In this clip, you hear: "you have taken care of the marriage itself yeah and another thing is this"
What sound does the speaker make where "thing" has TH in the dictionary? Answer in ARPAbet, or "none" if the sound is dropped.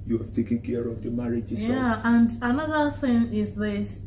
TH